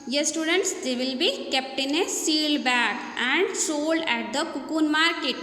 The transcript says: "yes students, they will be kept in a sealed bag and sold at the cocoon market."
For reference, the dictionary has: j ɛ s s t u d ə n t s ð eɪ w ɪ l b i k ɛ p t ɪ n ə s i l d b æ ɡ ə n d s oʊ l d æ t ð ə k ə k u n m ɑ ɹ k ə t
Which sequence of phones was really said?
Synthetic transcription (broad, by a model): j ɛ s s t u d ə n t s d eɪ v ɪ l b i k ɛ p t ɪ n ə s i l d b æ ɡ ə n d s oʊ l d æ t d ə k ə k u n m ɑ ɹ k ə t